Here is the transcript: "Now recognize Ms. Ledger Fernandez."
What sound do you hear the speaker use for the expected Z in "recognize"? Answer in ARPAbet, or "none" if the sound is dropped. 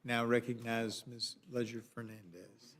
Z